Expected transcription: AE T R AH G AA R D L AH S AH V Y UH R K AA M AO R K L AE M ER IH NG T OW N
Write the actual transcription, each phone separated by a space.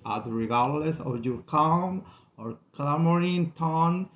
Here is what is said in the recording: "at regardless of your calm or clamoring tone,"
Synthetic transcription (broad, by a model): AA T R AH G AA R D L AH S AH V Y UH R K AA M AO R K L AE M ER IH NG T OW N